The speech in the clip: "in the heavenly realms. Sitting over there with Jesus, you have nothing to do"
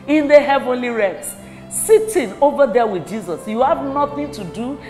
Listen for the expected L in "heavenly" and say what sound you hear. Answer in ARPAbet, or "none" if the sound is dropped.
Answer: L